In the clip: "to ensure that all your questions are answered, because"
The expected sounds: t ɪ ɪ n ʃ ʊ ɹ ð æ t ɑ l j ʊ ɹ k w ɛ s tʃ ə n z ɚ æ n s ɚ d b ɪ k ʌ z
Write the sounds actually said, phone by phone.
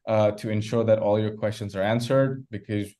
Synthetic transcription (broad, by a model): t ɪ ɪ n ʃ ʊ ɹ ð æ t ɑ l j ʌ ɹ k w ɛ s tʃ ə n z ɚ æ n s ɚ d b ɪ k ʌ z